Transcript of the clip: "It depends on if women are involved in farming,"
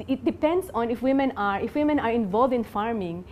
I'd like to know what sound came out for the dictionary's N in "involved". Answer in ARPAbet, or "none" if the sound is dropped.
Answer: N